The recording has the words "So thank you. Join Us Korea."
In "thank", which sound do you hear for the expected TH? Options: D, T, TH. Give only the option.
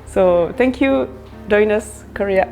T